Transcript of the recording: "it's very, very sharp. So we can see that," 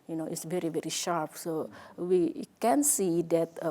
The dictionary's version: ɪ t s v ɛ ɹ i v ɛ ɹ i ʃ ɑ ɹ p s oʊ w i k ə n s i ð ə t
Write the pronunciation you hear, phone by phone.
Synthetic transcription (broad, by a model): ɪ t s v ɛ ɹ i v ɛ ɹ i ʃ ɑ ɹ p s oʊ w i k ə n s i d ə t